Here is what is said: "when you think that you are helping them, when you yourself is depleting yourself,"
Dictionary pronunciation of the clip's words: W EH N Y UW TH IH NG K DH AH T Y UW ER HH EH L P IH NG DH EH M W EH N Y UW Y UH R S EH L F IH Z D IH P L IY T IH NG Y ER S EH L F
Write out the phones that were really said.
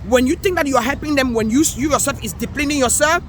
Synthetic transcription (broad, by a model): W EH N Y UW T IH NG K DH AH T Y UW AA HH EH L P IH NG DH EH M W EH N Y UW Y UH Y S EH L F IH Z D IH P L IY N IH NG Y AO S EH L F